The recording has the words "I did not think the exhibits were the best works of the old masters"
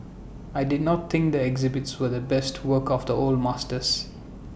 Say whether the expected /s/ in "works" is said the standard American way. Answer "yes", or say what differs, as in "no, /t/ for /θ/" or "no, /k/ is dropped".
no, /s/ is dropped